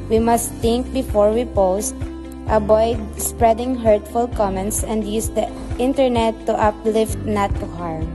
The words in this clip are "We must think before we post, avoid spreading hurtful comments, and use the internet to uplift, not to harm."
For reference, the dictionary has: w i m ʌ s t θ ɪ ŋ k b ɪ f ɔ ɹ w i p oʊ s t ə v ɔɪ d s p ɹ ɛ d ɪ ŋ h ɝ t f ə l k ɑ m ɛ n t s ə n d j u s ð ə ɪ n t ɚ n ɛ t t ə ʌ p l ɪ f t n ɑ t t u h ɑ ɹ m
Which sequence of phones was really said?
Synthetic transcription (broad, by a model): w i m ʌ s t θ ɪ ŋ k b ɪ f ɔ ɹ w i p oʊ s t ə b ɔɪ d s p ɹ ɛ d ɪ ŋ h ɝ t f ə l k ɑ m ɛ n t s ə n d j u s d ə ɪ n t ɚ n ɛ t t ə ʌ p l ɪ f t n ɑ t t u h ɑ ɹ m